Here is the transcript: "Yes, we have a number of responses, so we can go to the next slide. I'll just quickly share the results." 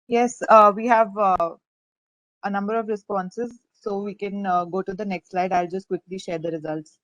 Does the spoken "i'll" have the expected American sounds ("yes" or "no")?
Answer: yes